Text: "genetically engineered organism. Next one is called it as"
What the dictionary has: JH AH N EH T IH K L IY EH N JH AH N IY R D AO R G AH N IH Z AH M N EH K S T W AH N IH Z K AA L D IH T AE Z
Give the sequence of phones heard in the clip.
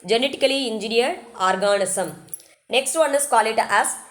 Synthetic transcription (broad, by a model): JH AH N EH T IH K L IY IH N JH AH N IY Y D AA R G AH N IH S AH M N EH K S T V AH N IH S K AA L IH T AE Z